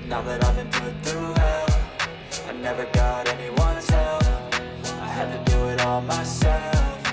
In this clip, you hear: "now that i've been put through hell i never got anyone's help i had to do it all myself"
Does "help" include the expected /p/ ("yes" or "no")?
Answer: no